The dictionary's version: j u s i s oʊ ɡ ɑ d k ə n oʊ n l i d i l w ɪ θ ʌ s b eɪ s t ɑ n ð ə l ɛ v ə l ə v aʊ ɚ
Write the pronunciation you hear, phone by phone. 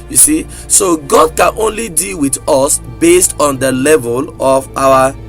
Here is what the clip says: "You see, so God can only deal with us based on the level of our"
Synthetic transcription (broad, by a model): j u s i s oʊ ɡ ɑ d k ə n oʊ n l i d i l w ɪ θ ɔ s b eɪ s t ɑ n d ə l ɛ v ə l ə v aʊ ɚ